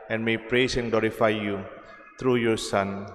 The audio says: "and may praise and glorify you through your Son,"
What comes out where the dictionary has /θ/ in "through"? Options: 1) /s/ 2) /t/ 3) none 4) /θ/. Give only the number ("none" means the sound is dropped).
2